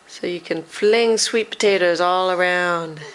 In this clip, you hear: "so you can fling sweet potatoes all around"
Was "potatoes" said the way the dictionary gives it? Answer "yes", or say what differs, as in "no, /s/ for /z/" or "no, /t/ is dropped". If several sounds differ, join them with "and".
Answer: yes